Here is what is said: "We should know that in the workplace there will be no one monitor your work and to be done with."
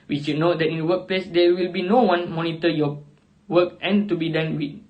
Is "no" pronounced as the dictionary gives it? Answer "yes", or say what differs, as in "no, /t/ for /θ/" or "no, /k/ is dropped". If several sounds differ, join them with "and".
yes